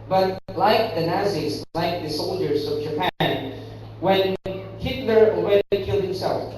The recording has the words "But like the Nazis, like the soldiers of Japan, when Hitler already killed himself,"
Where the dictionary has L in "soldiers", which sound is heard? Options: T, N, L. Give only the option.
L